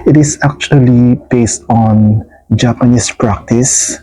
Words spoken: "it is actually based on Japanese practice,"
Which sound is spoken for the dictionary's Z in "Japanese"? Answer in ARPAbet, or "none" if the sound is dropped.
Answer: S